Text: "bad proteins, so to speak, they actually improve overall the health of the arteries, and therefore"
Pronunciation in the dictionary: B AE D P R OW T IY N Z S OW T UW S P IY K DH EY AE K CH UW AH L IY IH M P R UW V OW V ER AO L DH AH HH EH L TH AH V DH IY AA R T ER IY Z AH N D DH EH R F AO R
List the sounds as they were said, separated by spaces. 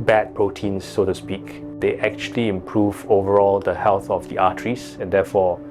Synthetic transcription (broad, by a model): B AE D P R OW T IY N S OW T UW S P IY K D EY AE K CH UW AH L IY IH M P R UW V OW V ER AO L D AH HH EH L TH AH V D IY AA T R IY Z AH N D EH F AO